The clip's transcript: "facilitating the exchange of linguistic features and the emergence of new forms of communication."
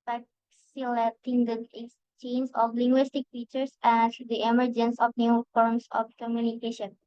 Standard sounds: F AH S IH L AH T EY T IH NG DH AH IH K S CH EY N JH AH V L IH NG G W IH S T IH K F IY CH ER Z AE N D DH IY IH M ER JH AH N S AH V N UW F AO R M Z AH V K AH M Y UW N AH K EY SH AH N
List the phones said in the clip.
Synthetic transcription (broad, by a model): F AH S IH L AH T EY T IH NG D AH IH S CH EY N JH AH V L IH NG G W IH S T IH K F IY CH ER S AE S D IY IH M ER JH AH N S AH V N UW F AO R M S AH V K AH M Y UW N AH K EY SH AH N